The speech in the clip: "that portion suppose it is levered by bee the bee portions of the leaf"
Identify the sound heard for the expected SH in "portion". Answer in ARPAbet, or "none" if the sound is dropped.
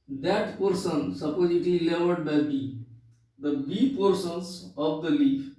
S